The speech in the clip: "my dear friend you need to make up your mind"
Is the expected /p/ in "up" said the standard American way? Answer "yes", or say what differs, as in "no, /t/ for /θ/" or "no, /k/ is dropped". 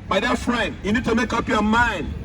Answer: yes